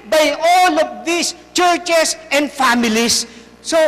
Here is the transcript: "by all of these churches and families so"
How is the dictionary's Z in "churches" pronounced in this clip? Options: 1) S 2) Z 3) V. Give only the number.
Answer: 1